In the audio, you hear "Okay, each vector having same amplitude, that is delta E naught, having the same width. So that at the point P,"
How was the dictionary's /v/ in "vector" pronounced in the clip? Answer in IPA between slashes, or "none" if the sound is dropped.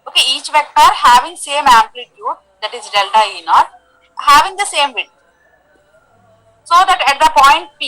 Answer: /v/